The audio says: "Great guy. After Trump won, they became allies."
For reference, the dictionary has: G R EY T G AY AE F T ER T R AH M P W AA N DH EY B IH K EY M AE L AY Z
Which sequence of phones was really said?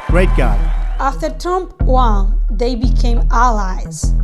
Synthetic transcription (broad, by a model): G R EY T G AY AE F T ER T AH M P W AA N DH EY B IH K EY M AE L AY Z